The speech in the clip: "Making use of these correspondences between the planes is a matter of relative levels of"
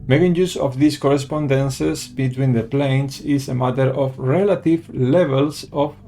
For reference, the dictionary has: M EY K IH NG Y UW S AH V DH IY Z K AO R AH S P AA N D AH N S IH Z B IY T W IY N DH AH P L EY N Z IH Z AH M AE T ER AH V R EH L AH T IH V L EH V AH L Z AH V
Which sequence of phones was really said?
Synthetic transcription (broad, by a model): M EY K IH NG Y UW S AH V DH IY S K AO R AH S P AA N D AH N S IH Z B IY T W IY N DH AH P L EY N S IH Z AH M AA T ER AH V R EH L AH T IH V L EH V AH L S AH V